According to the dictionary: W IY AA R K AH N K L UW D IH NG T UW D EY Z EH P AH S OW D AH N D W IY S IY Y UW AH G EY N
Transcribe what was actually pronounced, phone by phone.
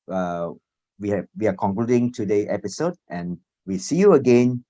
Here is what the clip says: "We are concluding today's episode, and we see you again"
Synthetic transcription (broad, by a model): W IY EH W K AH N K L UW D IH NG T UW D EY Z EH P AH S OW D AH N W IY S IY Y UW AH G EY N